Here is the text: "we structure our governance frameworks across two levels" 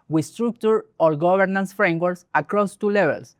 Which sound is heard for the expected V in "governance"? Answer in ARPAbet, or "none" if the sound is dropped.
B